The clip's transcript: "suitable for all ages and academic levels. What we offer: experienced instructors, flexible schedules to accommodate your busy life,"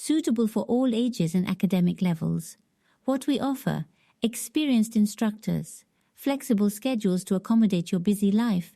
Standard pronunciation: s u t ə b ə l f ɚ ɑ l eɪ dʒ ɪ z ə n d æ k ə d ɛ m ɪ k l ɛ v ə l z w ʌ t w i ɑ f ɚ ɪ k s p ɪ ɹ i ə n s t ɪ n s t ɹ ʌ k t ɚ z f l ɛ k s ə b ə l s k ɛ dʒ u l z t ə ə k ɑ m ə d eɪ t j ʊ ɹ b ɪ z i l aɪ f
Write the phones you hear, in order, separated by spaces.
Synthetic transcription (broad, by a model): s u t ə b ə l f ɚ ɑ l eɪ dʒ ɪ z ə n æ k ə d ɛ m ɪ k l ɛ v ə l z w ʌ t w i ɑ f ɚ ɪ k s p ɪ ɹ i ə n s t ɪ n s t ɹ ʌ k t ɚ z f l ɛ k s ə b ə l s k ɛ dʒ u l z t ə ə k ɑ m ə d eɪ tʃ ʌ ɹ b ɪ z i l aɪ f